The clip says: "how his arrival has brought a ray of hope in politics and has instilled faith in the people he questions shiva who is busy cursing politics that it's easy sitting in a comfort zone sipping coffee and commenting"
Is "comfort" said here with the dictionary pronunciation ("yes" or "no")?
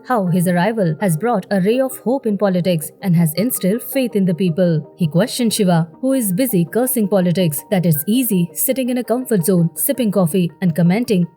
yes